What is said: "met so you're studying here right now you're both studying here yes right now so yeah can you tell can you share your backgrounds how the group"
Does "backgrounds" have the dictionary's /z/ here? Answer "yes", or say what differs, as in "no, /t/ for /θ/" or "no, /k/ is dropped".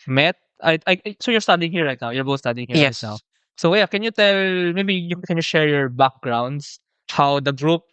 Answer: no, /s/ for /z/